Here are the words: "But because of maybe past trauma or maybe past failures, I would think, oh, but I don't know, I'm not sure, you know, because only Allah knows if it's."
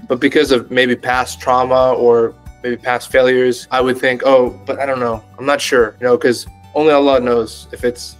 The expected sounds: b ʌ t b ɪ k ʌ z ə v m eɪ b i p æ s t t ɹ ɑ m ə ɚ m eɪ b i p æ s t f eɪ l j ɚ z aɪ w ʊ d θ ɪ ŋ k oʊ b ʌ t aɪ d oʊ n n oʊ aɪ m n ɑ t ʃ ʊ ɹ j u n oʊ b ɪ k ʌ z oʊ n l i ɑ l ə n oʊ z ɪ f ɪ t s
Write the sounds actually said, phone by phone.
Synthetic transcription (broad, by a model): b ʌ t b ɪ k ʌ z ə v m eɪ b i p æ s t t ɹ ɑ m ə ɚ m eɪ b i p æ s t f eɪ l j ɚ z aɪ w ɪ d θ ɪ ŋ k oʊ b ʌ t aɪ d oʊ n n oʊ aɪ m n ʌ t ʃ ʊ ɹ j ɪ n oʊ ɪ k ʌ z oʊ n l i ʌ l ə n oʊ z ɪ f ɪ t s